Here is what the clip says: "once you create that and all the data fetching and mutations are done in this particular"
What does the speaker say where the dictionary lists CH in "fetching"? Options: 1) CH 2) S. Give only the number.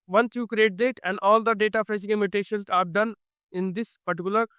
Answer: 2